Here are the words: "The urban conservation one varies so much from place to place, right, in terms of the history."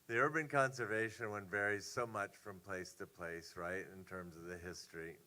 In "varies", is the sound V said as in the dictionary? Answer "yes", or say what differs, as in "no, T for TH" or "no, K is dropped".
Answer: yes